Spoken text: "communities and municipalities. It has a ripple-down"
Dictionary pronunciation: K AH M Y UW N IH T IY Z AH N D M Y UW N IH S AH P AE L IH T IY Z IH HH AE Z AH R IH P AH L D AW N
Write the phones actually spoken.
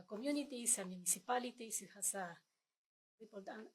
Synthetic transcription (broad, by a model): K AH M Y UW N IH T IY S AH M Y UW N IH S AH P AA L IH T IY S IH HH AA S AH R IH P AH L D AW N